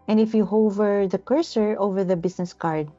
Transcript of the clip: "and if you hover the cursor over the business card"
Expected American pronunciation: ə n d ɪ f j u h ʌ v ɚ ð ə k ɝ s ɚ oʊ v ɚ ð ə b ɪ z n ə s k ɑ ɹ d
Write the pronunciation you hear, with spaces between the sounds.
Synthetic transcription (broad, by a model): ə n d ɪ f j u h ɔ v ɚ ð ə k ɝ s ɚ oʊ v ɚ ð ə b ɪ s n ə s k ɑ ɹ d